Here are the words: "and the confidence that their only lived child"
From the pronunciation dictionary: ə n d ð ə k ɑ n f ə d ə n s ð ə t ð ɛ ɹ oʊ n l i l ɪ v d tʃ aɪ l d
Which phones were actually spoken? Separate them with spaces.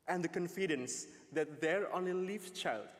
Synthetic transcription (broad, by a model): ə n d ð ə k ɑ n f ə d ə n s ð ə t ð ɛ ɹ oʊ n i l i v tʃ aɪ l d